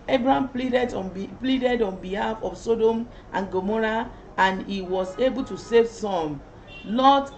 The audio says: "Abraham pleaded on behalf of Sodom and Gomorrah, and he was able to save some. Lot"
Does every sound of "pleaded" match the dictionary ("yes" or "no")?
yes